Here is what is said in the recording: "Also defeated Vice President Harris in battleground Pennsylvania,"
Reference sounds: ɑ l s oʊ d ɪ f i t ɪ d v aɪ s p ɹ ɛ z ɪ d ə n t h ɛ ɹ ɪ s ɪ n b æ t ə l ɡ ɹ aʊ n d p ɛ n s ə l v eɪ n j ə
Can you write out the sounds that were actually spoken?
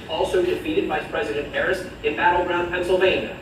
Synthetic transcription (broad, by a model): ɑ l s oʊ d ɪ f i t ɪ d v aɪ s p ɹ ɛ z ɪ d ə n t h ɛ ɹ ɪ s ɪ n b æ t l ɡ ɹ aʊ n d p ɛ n s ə l v eɪ n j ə